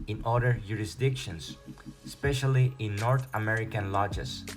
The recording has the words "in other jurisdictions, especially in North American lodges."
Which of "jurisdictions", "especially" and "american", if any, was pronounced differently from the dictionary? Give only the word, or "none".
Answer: jurisdictions